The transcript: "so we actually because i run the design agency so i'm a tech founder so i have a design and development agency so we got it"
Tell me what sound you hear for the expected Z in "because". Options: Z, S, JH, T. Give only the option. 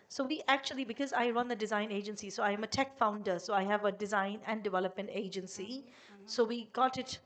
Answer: Z